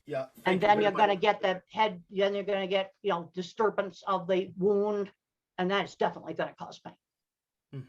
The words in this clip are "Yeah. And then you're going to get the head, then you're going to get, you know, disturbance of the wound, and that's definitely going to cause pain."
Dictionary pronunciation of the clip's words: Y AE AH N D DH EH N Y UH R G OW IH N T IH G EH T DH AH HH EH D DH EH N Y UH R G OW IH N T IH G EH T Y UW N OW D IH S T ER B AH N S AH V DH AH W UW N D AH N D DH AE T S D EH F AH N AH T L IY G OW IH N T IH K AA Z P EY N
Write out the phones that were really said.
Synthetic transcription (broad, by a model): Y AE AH N DH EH N Y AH R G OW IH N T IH G EH T DH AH HH EH D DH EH N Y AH R G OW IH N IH G EH T Y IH N OW D IH S T ER B AH N S AH V DH AH W UW N D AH N DH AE T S D EH F AH N AH T L IY G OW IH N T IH K AA Z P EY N